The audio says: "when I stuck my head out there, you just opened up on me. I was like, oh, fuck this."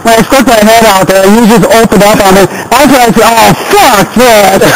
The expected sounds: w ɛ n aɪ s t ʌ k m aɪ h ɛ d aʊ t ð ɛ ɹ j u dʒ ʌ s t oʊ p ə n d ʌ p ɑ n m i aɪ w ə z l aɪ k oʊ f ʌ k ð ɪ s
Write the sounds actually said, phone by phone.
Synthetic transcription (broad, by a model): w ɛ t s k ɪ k m aɪ h ɛ d aʊ t ð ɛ ɹ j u dʒ ʌ s t oʊ p ə n d ʌ p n m i aɪ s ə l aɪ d oʊ f ʌ k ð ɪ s